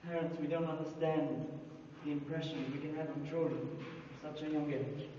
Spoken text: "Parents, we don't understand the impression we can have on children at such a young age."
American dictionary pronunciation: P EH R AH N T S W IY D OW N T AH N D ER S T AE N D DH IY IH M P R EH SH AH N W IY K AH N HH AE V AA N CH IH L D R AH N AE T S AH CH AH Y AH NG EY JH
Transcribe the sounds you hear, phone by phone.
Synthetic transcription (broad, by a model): P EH R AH N T S W IY D OW N T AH N D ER S T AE N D DH IY IH M P R EH SH AH N W IY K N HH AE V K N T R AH L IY S AH CH AH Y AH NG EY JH